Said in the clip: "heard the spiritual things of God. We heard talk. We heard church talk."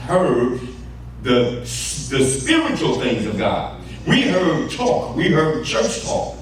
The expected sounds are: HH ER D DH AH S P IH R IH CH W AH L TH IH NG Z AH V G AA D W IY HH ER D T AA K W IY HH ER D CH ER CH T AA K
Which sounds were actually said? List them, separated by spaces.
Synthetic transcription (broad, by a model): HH ER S DH AH S P IH R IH CH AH L TH IH NG Z AH V G AA D W IY HH ER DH T AA K W IY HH ER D CH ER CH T AA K